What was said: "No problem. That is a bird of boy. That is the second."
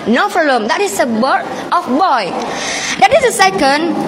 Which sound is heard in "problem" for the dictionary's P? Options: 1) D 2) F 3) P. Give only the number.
2